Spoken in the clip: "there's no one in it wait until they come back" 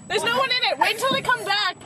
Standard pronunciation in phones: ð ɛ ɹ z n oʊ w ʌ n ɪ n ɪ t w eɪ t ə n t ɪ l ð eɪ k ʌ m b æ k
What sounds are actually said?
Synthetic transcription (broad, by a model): ð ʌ ɹ z n oʊ w ʌ n ɪ n ɪ t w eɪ ə n t ɪ l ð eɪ k ʌ m b æ k